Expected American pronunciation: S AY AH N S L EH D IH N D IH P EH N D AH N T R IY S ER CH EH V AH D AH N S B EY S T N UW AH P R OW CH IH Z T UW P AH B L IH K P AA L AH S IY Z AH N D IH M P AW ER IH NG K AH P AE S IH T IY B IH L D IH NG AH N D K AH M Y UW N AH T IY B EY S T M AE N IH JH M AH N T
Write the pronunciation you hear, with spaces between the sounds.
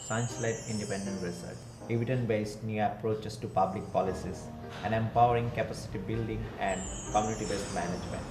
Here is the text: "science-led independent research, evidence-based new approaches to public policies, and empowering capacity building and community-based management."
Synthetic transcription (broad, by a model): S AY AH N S L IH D IH N D IH P EH N D AH N T R IY S ER CH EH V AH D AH N B EY S T N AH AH P R OW CH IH S T UW P AH B L IH K P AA L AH S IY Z AH N D IH M P AW ER IH NG K AH P AE S IH T IY B IH L D IH NG AH N D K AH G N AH T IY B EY S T M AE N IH JH M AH N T